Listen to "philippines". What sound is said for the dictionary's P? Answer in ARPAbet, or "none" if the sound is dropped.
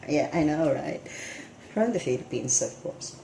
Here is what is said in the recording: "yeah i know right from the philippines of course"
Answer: B